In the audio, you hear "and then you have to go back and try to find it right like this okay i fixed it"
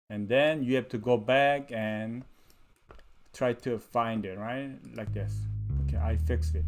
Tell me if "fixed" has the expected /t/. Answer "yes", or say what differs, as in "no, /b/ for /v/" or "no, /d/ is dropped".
no, /t/ is dropped